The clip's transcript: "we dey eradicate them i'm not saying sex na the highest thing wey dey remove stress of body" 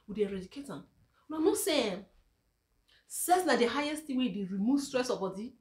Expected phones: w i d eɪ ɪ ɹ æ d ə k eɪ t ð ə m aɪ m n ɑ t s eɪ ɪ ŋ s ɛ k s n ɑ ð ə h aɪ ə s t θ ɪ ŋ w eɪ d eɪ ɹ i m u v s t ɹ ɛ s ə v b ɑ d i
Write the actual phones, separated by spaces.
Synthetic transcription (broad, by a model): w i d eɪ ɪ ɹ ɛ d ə k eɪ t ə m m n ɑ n s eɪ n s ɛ s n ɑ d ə h aɪ ə s t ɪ w eɪ d eɪ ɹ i m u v s t ɹ ɛ s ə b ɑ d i